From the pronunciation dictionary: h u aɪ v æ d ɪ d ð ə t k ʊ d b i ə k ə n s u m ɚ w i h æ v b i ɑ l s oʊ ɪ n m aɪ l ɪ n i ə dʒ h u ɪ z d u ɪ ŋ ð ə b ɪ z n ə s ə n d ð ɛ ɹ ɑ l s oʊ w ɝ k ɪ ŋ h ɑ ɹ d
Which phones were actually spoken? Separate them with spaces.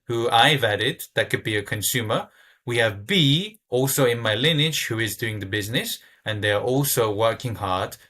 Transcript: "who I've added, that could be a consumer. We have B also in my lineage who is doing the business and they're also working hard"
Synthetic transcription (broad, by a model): h u aɪ v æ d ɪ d ð ə t k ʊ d b i ə k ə n s u m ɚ w i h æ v b i ɑ l s oʊ ɪ n m aɪ l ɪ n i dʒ h u ɪ z d u ɪ ŋ ð ə b ɪ z n ə s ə n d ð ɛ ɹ ɑ l s oʊ w ɝ k ɪ ŋ h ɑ ɹ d